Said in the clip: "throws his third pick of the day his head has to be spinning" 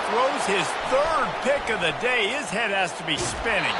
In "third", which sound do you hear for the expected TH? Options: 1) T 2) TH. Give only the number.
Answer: 2